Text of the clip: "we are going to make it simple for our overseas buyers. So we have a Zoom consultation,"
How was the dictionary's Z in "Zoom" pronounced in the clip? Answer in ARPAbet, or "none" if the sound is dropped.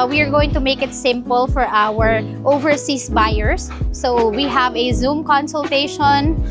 Z